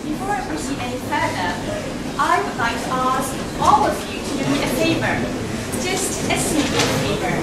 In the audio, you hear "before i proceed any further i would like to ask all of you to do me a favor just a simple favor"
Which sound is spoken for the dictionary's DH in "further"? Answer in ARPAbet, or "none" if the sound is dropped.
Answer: none